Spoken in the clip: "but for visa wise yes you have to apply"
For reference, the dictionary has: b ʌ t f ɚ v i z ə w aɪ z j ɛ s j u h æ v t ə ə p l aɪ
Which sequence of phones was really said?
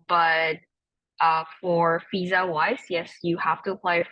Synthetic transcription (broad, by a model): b ʌ t f ɚ f i z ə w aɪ s j ɛ s j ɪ h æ f t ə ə p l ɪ